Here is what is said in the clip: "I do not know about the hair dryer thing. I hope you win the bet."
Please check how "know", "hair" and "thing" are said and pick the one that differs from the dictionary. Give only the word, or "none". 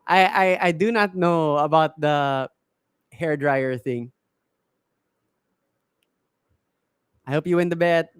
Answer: none